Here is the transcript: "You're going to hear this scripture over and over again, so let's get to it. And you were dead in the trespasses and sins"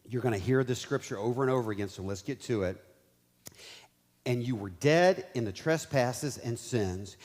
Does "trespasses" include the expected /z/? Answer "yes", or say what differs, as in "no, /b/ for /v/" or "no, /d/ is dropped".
yes